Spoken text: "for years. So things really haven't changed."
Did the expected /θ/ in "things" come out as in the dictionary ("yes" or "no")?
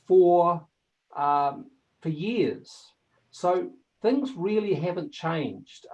yes